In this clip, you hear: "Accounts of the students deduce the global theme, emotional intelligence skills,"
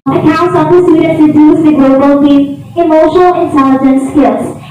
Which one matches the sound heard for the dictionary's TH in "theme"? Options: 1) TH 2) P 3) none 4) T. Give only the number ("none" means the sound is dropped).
4